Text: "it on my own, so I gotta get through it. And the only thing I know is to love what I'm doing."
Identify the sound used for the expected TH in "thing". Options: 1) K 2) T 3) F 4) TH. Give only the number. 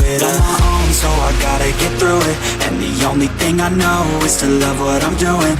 4